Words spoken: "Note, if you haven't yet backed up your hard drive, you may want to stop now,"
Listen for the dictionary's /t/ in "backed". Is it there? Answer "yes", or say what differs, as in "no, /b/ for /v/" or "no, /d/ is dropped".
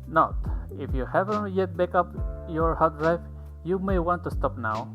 no, /t/ is dropped